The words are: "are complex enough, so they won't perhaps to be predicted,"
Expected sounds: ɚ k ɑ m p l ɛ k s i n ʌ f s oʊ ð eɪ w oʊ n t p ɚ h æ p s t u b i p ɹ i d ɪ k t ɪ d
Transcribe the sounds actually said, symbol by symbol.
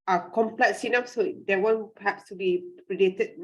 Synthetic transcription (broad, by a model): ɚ k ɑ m p l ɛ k s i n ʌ p s oʊ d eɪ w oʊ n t p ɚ h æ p s t u b i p ɹ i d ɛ t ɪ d